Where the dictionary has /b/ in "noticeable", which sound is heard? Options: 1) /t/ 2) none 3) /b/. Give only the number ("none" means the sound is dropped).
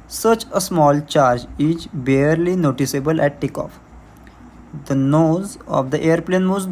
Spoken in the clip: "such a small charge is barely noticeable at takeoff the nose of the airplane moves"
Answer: 3